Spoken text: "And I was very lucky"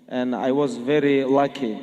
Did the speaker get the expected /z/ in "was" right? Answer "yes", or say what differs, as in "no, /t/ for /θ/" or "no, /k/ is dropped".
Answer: yes